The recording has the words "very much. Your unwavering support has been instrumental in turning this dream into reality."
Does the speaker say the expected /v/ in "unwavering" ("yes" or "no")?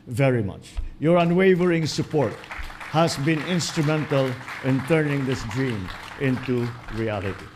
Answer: yes